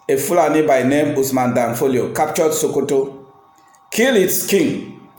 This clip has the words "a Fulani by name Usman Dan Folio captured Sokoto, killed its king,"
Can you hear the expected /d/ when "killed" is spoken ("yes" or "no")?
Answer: no